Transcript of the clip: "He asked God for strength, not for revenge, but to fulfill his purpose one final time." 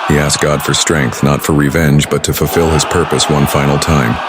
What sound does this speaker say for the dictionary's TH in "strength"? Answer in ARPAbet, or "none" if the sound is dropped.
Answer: TH